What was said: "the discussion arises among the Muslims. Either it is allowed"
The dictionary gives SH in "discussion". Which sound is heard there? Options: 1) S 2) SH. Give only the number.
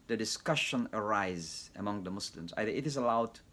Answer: 2